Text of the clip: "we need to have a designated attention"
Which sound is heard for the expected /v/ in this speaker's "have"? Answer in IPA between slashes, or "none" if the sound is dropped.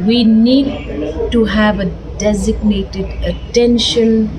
/v/